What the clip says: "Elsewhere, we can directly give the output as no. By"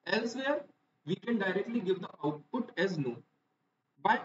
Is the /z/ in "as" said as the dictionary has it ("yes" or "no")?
yes